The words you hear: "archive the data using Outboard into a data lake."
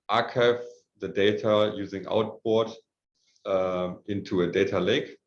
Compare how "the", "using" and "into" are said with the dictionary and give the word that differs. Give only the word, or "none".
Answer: none